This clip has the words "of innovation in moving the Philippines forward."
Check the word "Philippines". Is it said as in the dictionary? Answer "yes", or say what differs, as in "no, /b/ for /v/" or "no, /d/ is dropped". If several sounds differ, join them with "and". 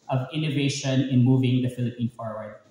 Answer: no, /z/ is dropped